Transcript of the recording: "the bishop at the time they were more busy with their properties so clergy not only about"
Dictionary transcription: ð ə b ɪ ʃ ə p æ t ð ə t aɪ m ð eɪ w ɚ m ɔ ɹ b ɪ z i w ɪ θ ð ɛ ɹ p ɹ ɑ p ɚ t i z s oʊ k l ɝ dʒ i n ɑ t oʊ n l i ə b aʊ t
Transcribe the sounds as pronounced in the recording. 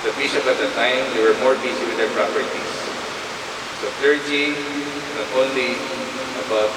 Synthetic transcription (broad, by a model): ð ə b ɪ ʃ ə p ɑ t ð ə t aɪ m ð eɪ w ɚ m ɔ ɹ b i s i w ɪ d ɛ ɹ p ɹ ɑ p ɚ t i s s oʊ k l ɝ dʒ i n ɑ t oʊ n l i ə b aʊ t